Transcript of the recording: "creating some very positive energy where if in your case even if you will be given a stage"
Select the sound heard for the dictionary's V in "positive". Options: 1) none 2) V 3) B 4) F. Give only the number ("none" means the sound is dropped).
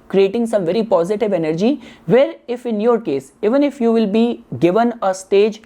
2